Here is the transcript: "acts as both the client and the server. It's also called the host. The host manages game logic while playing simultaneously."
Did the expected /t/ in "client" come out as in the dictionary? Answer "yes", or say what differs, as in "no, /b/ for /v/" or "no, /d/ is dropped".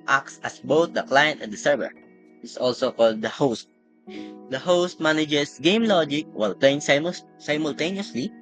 yes